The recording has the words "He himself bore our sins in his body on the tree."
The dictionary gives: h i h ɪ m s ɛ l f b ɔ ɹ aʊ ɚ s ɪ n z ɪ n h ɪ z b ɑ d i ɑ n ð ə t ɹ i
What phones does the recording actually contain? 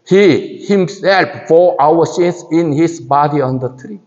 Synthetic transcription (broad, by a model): h i h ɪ m s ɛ l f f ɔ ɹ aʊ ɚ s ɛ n s ɪ n h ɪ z b ɑ d i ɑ n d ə t ɹ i